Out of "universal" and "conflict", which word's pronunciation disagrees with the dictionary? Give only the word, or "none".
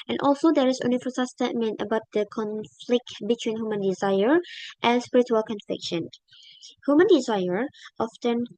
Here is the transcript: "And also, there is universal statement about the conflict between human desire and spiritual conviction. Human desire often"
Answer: universal